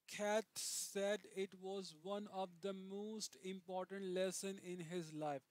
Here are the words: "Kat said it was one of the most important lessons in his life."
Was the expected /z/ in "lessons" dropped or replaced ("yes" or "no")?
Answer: yes